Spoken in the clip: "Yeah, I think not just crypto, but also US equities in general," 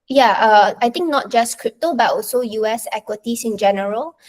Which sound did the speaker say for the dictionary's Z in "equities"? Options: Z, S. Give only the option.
S